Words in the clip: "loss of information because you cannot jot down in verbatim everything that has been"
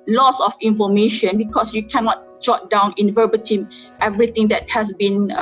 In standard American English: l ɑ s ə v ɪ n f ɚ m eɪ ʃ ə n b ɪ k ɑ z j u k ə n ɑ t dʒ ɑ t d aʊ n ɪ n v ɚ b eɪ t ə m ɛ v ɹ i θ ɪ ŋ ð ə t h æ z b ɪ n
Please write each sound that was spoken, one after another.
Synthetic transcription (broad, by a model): l ɑ s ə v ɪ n f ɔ m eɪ ʃ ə n b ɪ k ɑ s j u k ə n ɑ t dʒ ɑ t d aʊ n ɪ n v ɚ b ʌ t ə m ɛ v ɹ i t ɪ ŋ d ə t h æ s b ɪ n